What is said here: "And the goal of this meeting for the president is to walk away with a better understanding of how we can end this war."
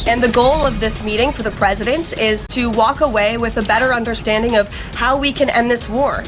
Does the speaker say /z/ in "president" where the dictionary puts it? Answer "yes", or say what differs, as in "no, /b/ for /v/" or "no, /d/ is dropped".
yes